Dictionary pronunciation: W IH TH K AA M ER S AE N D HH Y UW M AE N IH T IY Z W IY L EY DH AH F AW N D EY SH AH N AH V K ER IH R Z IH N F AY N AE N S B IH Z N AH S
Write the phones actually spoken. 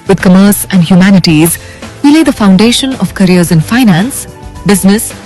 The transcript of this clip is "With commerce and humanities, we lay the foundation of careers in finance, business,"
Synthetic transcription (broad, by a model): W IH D K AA M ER S AE N D HH Y UW M AE N IH T IY Z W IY L EY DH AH F AW N D EY SH AH N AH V K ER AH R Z IH N F AY N AE N S B IH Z N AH S